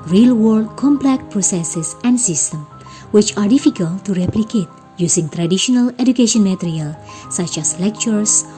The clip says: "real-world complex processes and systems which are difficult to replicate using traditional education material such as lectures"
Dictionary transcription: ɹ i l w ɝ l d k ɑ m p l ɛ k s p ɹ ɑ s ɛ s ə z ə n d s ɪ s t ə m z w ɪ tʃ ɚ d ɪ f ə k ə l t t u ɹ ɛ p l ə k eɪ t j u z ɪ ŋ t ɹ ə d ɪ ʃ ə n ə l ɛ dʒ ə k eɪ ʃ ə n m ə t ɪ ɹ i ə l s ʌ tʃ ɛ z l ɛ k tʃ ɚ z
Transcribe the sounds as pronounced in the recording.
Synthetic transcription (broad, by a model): ɹ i l w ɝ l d k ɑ m p l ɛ k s p ɹ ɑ s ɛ s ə s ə n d s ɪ s t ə m w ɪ tʃ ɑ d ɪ f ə k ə l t t u ɹ ɛ p l ə k eɪ t j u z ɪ ŋ t ɹ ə d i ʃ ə n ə l ɛ dʒ ə k eɪ ʃ ə n m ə t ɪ ɹ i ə l s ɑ tʃ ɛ s l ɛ k tʃ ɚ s